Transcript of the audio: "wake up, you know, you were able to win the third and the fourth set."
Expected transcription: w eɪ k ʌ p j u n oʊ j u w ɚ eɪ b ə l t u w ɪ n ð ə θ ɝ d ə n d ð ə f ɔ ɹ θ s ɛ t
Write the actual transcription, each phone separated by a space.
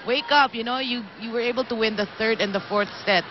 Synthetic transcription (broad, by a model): w eɪ k ʌ p j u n oʊ j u w ɚ eɪ b ə l t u w ɪ n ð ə θ ɝ d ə n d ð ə f ɔ ɹ θ s ɛ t